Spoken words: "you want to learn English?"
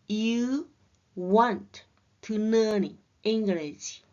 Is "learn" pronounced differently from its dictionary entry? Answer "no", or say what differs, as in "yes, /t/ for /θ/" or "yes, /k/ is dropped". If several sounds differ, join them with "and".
yes, /n/ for /l/